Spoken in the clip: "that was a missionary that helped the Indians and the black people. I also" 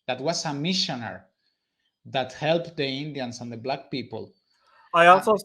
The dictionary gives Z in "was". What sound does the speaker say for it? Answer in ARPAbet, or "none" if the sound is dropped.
S